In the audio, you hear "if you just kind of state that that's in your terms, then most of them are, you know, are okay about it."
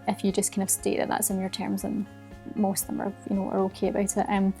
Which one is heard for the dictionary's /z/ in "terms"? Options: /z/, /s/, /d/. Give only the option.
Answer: /z/